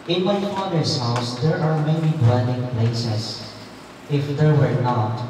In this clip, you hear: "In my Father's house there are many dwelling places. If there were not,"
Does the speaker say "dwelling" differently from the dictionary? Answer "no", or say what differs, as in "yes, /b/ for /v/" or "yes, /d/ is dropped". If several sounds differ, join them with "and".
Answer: yes, /n/ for /l/